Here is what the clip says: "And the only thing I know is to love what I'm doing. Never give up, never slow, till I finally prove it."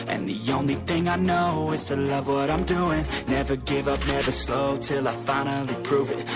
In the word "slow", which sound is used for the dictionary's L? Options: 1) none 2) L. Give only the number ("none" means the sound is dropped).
2